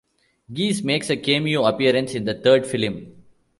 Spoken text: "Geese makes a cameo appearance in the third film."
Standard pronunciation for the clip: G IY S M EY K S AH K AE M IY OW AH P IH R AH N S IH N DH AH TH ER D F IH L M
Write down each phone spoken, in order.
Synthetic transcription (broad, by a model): G IY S M EY K S AH K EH M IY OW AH P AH R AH N S IH N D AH T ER D F IH L M